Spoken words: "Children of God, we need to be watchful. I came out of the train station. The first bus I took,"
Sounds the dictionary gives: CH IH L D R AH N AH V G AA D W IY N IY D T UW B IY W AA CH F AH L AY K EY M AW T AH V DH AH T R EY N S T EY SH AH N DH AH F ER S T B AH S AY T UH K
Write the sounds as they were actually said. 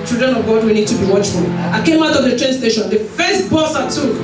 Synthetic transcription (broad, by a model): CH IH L D R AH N AH V G AA D W IY N IY D T UW B IY W AA CH F AH L AY K EY M AW T AH V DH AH T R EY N S T EY SH AH N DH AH F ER S T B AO S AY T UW